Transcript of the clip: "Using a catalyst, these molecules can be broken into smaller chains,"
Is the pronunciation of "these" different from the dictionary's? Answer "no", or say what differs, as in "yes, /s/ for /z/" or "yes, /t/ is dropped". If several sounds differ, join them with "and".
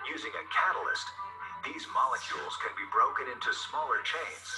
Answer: no